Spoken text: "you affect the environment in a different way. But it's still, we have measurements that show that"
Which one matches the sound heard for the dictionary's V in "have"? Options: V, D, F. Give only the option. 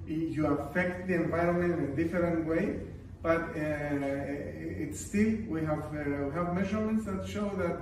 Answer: V